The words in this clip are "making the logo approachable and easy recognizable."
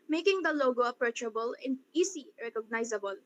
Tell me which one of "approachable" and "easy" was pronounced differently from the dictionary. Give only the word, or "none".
easy